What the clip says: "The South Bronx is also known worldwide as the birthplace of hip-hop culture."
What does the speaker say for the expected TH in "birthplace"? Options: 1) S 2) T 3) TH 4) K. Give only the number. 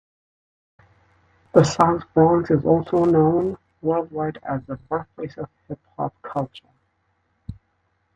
1